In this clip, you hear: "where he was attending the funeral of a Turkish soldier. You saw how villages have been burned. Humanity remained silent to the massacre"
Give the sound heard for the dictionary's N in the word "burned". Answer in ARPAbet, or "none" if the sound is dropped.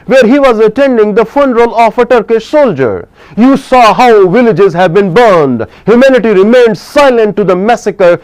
N